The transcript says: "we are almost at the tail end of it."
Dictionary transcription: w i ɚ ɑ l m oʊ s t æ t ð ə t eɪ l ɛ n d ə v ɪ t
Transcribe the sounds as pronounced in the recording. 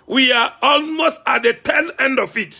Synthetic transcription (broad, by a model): w i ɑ ɑ l m oʊ s t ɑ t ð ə t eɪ n ɛ n d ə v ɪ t